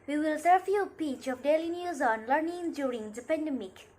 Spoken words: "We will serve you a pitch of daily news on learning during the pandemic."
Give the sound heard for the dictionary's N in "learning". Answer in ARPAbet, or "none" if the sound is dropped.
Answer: N